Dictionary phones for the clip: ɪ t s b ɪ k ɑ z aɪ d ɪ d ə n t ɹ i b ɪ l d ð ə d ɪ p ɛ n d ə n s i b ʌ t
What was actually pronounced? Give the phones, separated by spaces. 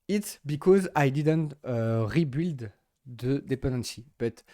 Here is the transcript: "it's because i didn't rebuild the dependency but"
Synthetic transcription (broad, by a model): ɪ t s b ɪ k ɑ z aɪ d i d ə n t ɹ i b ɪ l d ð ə d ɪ p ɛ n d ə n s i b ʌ t